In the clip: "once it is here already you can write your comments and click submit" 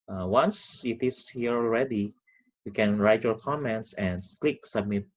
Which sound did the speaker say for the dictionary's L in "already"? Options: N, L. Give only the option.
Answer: L